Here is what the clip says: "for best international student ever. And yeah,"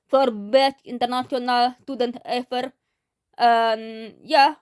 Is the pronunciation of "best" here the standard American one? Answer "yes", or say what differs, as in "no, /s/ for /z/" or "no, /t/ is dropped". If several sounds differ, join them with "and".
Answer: no, /s/ is dropped